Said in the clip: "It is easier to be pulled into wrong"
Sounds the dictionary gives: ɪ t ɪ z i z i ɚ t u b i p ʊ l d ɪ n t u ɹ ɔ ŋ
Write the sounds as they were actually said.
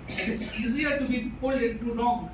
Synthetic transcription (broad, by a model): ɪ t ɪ s i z i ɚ t u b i p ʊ l ɪ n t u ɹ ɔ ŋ